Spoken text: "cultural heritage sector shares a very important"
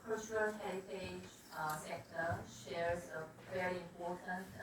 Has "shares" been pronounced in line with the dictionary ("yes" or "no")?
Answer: yes